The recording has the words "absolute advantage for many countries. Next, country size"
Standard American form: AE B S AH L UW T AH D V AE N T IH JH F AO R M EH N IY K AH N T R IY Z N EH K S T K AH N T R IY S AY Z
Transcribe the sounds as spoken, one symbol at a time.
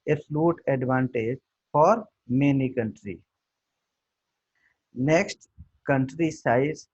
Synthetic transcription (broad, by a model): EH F L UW T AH D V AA N T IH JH F AO R M EH N IY K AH N T R IY N EH K S T K AH N T R IY S AY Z